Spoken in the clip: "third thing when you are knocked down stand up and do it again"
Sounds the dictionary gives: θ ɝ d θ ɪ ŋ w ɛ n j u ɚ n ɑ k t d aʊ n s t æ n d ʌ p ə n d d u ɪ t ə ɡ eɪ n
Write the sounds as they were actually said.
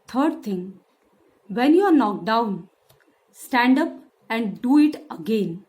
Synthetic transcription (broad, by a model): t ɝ d t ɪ ŋ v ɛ n j u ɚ n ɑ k d aʊ n s t æ n d ʌ p ə n d d u ɪ t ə ɡ eɪ n